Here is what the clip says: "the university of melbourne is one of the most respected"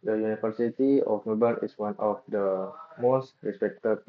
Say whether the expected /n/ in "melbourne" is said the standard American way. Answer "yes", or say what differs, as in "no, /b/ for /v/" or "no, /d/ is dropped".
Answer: no, /n/ is dropped